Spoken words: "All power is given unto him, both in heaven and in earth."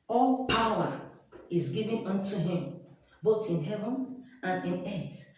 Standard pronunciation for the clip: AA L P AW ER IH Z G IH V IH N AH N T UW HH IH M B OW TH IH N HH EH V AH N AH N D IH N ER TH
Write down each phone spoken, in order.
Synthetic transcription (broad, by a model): AA L P AW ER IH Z G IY V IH N AH N T UW HH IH M B OW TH IH N HH EH V AH N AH N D IH N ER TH